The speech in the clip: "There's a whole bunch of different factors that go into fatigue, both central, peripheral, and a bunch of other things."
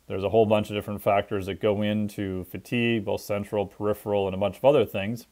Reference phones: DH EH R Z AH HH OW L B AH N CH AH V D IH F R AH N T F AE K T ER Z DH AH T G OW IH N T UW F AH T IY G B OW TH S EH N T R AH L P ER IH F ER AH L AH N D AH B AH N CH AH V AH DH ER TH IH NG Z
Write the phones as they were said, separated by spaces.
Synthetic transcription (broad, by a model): DH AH R Z AH HH OW L B AH N CH AH V D IH F R AH N T F AE K T ER Z DH AH T G OW IH N T UW F AH T IY G B OW TH S EH N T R L P ER IH F ER L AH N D AH B AH N CH AH V AH DH ER TH IH NG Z